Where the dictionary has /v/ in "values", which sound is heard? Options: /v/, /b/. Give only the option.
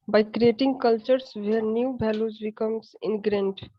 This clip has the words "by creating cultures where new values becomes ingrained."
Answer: /b/